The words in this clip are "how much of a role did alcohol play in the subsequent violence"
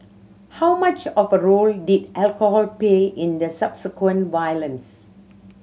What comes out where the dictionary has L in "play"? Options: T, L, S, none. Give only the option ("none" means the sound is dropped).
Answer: none